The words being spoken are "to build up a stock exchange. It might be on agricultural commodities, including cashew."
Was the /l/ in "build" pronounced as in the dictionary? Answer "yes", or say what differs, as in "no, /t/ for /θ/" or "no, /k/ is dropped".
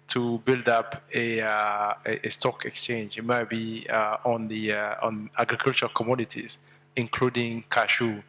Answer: yes